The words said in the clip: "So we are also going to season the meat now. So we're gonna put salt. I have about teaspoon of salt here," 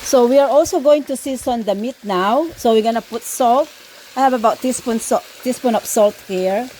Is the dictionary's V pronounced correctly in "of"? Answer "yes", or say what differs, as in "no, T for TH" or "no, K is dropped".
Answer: no, P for V